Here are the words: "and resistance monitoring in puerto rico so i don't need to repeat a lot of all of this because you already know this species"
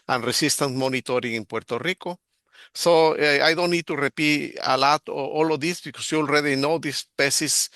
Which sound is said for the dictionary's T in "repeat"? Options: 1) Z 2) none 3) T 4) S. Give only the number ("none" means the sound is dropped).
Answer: 2